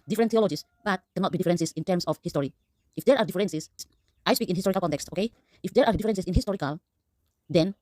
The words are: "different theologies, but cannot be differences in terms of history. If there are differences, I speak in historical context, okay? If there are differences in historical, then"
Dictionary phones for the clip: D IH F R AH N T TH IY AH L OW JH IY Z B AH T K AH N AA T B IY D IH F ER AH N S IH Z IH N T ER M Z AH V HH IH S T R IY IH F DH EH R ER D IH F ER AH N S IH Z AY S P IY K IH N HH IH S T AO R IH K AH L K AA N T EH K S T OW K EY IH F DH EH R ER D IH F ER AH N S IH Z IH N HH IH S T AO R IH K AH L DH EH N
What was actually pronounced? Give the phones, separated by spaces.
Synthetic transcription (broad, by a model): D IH F R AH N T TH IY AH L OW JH IY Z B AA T K AH N AA T B IY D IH F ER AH N S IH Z IH N T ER M S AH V HH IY S T R IY IH F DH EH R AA D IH F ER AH N S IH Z AY S P IY K IH N HH IH S T AO R IH K AH L K AA N T EH K S T OW K EY IH F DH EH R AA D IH F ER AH N S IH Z IH N HH IH S T AO R IH K AH L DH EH N